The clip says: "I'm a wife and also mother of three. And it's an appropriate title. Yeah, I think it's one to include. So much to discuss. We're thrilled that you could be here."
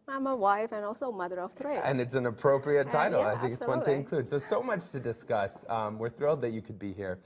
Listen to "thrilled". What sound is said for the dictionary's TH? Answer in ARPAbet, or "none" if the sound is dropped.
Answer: TH